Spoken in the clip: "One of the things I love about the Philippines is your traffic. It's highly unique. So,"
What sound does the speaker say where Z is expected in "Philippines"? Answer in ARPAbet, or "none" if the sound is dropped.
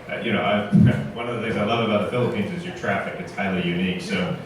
Z